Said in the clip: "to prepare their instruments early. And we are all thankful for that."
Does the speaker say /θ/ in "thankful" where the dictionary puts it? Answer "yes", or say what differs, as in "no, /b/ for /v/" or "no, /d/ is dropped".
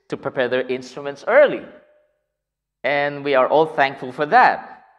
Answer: yes